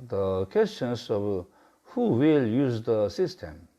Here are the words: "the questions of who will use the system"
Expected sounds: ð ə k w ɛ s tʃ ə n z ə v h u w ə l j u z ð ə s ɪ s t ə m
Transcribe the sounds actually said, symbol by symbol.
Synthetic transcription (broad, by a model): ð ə k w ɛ s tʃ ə n s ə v h u w ə l j u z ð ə s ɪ s t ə m